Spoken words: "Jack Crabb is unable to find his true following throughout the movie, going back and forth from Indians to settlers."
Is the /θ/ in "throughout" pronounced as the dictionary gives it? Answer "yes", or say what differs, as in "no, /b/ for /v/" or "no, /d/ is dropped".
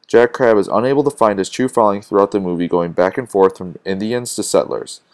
yes